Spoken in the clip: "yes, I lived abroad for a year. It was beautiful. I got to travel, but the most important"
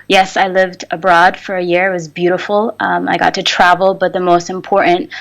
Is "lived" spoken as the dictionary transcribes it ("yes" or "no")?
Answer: yes